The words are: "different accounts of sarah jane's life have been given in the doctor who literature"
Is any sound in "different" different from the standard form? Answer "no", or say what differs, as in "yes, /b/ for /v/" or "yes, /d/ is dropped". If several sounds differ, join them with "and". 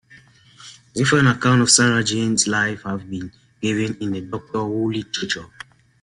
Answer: yes, /t/ is dropped